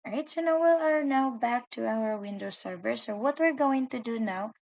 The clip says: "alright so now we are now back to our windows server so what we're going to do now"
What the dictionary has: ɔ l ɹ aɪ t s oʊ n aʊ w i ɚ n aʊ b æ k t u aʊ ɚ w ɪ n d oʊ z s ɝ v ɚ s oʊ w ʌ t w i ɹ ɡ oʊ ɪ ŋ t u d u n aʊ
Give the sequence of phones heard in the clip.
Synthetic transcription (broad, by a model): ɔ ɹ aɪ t s oʊ n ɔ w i ɚ n aʊ b æ k t u aʊ ɚ w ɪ n d oʊ s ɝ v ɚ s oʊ w ʌ t w i ɹ ɡ oʊ ɪ ŋ t u d u n aʊ